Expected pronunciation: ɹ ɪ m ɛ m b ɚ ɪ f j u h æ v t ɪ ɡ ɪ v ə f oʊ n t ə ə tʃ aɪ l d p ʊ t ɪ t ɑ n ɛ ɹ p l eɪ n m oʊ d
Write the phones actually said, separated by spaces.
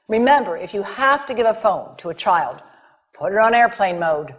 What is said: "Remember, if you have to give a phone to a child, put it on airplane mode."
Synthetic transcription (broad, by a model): ɹ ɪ m ɛ m b ɚ ɪ f j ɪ h æ f t ɪ ɡ ɪ v ə f oʊ n t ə ə tʃ aɪ l d p ʊ t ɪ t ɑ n ɛ ɹ p l eɪ n m oʊ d